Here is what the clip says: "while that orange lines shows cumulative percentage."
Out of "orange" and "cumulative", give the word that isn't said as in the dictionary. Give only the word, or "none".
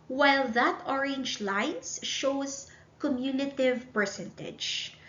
cumulative